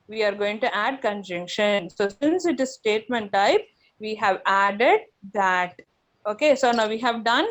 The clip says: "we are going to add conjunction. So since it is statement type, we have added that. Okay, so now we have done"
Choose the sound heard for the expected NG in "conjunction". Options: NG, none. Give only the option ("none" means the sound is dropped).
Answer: NG